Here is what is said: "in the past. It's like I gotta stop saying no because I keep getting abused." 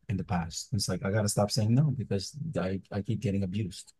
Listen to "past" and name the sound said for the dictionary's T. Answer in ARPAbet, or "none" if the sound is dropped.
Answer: T